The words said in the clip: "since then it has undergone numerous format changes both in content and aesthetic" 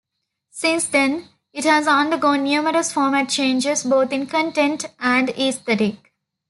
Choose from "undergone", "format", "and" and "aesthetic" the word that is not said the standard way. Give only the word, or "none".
aesthetic